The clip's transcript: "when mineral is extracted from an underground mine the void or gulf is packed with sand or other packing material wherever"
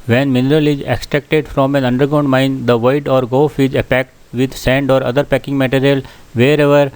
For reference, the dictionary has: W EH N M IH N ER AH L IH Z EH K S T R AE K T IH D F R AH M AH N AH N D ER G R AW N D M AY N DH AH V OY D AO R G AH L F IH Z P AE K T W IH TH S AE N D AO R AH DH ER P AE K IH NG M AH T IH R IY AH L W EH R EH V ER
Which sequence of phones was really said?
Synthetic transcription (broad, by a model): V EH N M IH N ER AH L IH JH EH K S T R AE K T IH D F R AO M AH N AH N D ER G AW N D M AY N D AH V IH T AO R G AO F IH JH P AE K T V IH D S AE N D AO R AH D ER P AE K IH NG M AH T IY R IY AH L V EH R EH V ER